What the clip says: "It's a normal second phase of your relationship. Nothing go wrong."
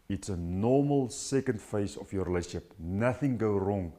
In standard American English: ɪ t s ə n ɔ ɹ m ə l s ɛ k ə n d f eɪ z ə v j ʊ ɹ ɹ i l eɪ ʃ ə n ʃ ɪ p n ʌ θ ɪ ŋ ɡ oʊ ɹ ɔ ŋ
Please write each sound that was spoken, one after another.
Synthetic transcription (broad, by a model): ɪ t s ə n ɔ m ə l s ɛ k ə n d f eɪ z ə f j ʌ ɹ ɹ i l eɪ ə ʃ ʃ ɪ p n ʌ θ ɪ ŋ ɡ oʊ ɹ ɔ ŋ